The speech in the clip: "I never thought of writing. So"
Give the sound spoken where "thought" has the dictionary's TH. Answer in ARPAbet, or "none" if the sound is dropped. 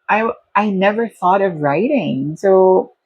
TH